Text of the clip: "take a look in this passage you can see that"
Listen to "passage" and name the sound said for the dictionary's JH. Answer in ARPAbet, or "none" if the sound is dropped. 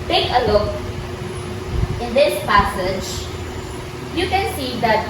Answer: JH